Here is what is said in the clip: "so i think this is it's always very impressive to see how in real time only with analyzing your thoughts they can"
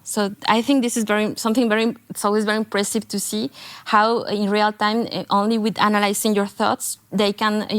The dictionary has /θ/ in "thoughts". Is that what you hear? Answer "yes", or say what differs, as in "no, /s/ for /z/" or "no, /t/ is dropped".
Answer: yes